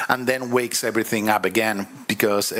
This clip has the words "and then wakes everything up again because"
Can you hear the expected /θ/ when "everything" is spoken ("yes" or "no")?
yes